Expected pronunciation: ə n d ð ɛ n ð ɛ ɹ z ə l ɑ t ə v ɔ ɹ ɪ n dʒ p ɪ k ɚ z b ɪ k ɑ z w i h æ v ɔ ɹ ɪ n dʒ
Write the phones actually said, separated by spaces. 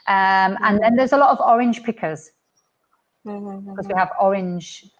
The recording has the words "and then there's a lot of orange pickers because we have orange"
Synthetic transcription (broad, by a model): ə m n ð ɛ n ð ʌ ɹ z ə l ɑ t ə v ɔ ɹ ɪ n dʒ p ɪ k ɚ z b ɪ k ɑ z w i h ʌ v ɔ ɹ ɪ n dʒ